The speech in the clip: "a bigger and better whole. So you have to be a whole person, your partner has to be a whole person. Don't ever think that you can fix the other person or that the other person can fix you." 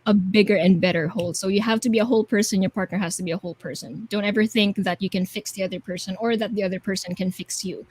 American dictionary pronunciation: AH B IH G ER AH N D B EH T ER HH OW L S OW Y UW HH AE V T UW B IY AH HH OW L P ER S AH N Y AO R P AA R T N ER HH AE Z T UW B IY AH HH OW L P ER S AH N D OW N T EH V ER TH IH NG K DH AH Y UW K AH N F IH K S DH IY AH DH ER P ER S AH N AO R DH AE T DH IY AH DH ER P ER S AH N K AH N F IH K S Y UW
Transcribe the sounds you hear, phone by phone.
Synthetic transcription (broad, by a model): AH B IH G ER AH N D B EH T ER HH OW L S OW Y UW HH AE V T UW B IY AH HH OW L P ER S AH N Y AO R P AA R T N ER HH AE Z T UW B IY AH HH OW L P ER S AH N D OW N T EH V ER TH IH NG K DH AH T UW K AH N F IH K S DH IY AH DH ER P ER S AH N AO R DH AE T DH IY AH DH ER P ER S AH N K AH N F IH K S Y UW